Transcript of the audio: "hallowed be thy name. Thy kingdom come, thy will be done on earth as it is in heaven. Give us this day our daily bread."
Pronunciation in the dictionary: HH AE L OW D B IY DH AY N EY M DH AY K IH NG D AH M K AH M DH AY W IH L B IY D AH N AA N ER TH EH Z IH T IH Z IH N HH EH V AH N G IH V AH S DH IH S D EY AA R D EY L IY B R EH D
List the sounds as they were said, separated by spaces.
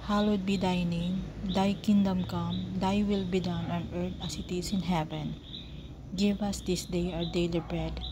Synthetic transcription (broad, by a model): HH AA L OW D B IY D AY N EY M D AY K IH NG D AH M K AH M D AY W IH L B IY D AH N AA N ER T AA S IH T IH S IH N HH EH V AH N G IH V AH S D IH S D EY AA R D EY L IY B R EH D